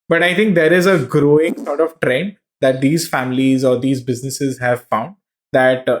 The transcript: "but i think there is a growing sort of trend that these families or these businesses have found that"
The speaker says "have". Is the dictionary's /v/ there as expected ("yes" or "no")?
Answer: yes